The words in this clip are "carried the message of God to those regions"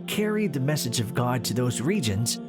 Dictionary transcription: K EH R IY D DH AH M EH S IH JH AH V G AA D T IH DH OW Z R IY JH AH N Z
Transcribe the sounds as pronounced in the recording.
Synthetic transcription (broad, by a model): K EH R IY D DH AH M EH S IH JH AH V G AA D T IH DH OW Z R IY JH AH N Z